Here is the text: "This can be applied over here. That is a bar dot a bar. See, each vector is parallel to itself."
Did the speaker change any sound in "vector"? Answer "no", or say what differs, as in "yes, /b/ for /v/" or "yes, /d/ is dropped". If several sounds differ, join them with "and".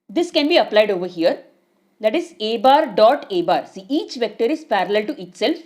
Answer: no